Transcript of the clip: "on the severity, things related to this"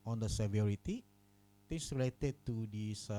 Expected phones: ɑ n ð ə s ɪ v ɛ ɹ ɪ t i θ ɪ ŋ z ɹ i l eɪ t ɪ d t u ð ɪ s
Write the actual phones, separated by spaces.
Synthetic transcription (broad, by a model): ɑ n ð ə s ɪ v ɛ ɹ ɪ t i t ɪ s ɹ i l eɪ t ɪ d t u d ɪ s